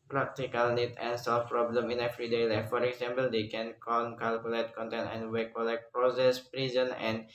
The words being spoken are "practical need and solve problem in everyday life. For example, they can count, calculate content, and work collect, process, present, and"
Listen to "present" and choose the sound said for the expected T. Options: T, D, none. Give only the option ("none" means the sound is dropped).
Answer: none